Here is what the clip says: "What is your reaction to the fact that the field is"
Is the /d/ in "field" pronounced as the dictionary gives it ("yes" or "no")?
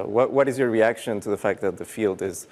yes